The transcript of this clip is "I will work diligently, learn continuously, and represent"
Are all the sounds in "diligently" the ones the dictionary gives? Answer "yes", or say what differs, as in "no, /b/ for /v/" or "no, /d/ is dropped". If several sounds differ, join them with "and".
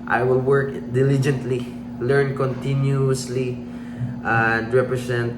yes